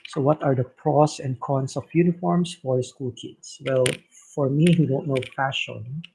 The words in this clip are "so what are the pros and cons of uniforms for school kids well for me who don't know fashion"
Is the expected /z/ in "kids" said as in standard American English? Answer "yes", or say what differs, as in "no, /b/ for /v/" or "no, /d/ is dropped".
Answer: no, /s/ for /z/